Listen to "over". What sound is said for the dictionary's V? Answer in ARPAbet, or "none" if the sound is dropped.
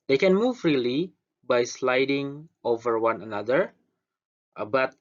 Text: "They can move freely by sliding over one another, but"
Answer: V